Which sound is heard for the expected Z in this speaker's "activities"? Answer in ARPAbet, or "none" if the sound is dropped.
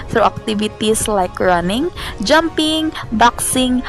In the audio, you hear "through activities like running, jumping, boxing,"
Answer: S